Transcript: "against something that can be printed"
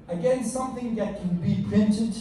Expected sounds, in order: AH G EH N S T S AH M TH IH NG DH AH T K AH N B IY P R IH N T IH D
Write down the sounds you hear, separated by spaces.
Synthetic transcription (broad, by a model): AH G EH N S S AH M TH IH NG DH AH T K AH N B IY P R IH N T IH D